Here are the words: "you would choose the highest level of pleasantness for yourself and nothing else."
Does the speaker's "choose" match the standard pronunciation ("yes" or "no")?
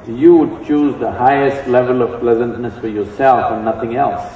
yes